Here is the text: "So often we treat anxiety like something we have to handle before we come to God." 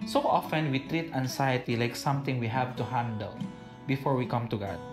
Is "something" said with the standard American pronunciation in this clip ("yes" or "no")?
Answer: no